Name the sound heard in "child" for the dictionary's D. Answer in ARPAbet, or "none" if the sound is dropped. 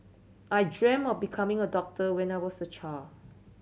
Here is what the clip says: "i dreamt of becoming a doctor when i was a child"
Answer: none